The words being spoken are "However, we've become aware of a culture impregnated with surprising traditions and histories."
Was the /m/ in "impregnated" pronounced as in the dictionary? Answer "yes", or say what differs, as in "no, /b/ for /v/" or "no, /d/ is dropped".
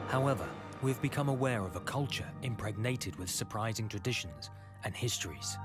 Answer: yes